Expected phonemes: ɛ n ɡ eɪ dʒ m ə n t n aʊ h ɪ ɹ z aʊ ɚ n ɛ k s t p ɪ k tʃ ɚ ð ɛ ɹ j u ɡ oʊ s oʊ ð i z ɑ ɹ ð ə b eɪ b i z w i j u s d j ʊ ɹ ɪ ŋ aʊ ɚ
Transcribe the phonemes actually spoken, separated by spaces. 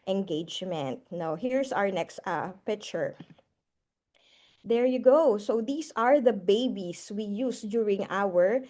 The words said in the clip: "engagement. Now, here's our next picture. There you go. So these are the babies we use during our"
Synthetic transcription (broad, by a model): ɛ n ɡ eɪ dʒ m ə n t n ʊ h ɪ ɹ s aʊ ɚ n ɛ k s t p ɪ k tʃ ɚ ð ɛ ɹ j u ɡ oʊ s oʊ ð i s ɑ ɹ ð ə b eɪ b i s w i j u s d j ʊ ɹ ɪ ŋ aʊ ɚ